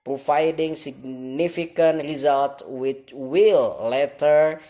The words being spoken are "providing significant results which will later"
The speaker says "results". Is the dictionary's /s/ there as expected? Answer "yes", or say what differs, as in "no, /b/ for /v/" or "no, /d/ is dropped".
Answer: no, /s/ is dropped